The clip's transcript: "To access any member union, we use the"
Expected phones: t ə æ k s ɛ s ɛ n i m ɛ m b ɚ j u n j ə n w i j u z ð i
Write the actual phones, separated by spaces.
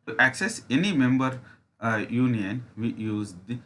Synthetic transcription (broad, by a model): t æ k s ɛ s ɛ n i m ɛ m b ɚ j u n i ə n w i j u z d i